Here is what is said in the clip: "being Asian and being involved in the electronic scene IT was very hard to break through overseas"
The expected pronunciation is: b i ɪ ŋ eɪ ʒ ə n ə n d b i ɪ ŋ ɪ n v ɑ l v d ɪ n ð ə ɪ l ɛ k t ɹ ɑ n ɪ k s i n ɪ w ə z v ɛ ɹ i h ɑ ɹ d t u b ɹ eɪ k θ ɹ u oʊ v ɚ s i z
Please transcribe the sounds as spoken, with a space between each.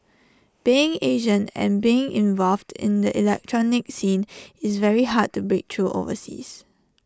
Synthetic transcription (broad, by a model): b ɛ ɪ ŋ eɪ ʒ ə n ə n b i ɪ ŋ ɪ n v ɑ l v d ɪ n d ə ɪ l ɛ k t ɹ ɑ n ɪ k s i n ɪ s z v ɛ ɹ i h ɑ d t u b ɹ eɪ k t ɹ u oʊ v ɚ s i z